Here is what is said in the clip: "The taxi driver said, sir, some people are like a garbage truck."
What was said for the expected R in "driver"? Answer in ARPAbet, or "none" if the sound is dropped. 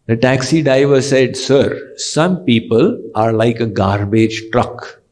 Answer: none